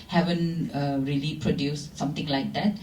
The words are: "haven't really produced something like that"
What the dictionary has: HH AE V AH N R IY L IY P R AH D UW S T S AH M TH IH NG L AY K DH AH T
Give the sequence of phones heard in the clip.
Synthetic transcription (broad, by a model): HH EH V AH N R IY L IY P R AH D UW S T S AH M T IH NG L AY K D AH T